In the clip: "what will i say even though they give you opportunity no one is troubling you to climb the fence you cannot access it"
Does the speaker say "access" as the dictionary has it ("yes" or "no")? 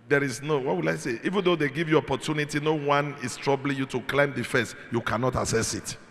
no